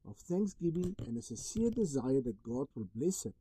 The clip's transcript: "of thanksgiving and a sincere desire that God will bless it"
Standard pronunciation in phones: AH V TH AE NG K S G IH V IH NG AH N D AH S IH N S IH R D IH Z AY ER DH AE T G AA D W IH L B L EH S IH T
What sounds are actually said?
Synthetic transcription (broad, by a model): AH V TH AE NG K S G IH V IH NG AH N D AH S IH N S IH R D IH Z AY ER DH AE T G AA D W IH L B L EH S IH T